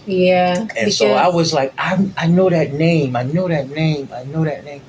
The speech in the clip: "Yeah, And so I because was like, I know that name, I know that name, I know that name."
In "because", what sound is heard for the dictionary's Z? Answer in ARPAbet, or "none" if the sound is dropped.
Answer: none